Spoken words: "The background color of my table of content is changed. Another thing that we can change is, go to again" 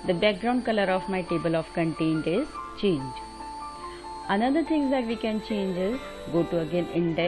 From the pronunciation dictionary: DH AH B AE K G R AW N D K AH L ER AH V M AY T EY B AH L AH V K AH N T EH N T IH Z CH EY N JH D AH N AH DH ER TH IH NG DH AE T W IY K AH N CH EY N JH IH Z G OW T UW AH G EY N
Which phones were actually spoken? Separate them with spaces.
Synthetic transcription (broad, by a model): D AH B AE K G R AW N D K AH L ER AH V M AY T EY B AH L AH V K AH N T EH N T IH Z CH EY N JH AH N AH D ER T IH NG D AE T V IY K AH N CH EY N JH IH Z G OW T UW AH G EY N